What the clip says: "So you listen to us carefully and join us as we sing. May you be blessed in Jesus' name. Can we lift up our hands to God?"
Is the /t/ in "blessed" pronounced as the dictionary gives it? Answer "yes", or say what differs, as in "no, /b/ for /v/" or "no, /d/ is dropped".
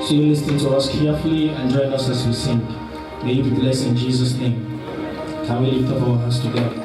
no, /t/ is dropped